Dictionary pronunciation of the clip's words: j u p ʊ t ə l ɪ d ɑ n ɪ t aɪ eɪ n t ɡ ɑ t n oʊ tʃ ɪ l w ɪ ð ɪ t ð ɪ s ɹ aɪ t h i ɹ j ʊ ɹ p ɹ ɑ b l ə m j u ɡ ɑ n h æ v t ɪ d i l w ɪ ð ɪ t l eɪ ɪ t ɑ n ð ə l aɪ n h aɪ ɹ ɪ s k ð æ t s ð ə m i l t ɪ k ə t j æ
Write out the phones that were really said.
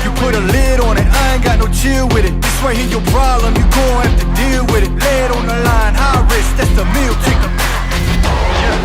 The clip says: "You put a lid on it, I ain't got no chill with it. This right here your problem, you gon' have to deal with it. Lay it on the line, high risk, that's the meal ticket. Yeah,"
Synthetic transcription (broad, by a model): j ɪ p ʊ t ə l ɪ d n ɪ t aɪ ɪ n ɡ ɑ t n oʊ tʃ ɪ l w ɪ ð ɪ t ð ɪ s w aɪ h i j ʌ ɹ p ɹ ɑ b l ə m j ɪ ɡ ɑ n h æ f t ɪ d i l w ɪ ð ɪ t l eɪ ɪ t n ð ə l aɪ n h aɪ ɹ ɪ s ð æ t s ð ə m i l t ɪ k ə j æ